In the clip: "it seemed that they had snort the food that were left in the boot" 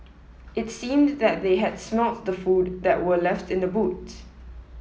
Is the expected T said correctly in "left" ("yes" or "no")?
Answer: yes